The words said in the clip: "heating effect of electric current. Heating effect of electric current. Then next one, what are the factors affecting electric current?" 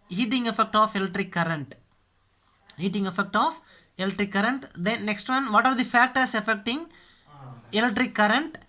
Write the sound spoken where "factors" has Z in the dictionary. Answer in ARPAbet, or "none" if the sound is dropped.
S